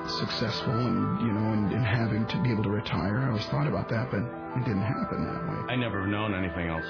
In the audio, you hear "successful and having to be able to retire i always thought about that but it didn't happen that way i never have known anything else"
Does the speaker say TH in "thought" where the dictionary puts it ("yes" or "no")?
yes